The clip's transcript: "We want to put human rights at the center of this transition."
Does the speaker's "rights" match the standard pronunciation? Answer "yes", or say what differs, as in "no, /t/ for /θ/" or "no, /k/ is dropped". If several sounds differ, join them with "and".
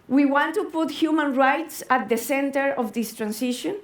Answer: yes